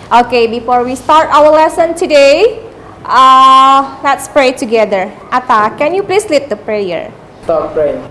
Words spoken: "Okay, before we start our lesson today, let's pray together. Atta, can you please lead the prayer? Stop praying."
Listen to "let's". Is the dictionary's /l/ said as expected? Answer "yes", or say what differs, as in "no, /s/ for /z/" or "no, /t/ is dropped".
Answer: yes